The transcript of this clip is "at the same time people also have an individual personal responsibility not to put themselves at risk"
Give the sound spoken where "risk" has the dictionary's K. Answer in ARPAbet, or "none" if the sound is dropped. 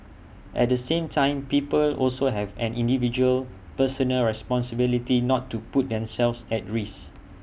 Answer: none